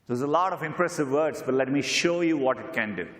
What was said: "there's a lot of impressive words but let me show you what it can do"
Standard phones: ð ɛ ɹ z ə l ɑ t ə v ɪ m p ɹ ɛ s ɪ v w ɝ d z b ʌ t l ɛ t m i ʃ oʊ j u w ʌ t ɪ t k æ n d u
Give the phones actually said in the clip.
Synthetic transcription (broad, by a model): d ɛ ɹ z ə l ɑ t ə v ɪ m p ɹ ɛ s ɪ v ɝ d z b ʌ t l ɛ t m i ʃ oʊ j u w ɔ t ɪ t k æ n d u